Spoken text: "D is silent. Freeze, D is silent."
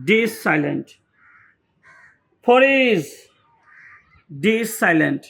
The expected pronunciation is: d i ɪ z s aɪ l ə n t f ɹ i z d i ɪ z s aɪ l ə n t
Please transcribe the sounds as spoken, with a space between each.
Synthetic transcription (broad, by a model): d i s aɪ l ə n t p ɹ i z d i s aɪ l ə n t